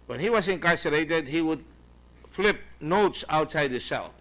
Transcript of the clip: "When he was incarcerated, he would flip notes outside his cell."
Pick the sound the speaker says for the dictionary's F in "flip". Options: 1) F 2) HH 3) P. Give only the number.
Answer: 1